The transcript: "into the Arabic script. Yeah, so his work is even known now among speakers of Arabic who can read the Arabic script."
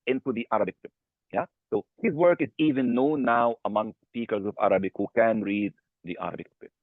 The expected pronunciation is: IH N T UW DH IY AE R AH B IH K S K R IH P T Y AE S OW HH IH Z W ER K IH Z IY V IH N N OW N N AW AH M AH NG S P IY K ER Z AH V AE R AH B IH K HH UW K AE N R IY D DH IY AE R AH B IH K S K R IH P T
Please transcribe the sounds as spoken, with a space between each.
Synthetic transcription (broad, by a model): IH N T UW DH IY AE R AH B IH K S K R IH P Y AE S OW HH IH Z W ER K IH Z IY V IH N N OW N N AW AH M AH NG S P IY K ER Z AH V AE R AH B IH K HH UW K AE N R IY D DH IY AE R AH B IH K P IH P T